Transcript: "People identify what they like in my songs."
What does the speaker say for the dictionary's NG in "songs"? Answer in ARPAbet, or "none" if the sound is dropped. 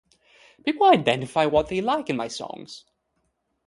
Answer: NG